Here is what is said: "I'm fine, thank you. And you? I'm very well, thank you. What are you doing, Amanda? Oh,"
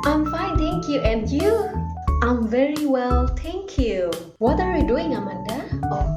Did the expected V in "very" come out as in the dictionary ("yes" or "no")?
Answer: yes